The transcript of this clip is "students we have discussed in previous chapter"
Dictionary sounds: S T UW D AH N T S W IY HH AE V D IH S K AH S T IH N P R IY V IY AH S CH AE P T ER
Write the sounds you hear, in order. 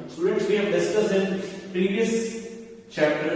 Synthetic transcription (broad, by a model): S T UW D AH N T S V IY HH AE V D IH S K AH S IH N P R IY V IY AH S CH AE P T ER